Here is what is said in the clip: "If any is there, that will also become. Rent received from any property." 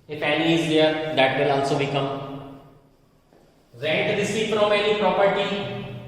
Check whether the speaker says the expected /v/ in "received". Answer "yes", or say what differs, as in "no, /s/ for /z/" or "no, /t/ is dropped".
no, /p/ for /v/